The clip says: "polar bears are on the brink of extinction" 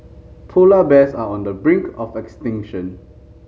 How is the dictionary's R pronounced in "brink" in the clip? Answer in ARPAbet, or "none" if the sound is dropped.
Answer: R